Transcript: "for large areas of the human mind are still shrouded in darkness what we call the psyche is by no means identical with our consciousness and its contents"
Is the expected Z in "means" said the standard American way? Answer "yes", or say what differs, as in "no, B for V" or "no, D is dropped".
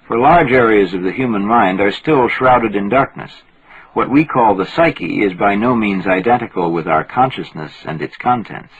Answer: yes